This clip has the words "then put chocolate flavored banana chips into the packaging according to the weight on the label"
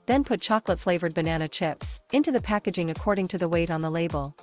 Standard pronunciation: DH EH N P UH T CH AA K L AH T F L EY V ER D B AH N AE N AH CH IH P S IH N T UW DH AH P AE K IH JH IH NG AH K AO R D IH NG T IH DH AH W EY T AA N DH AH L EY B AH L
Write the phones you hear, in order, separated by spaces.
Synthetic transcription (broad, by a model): DH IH N P UH T CH AA K L AH T F L EY V ER D B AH N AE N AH CH IH P S IH N T UW DH AH P AE K IH JH IH NG AH K AO R D IH NG T IH DH AH W EY T N DH AH L EY B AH L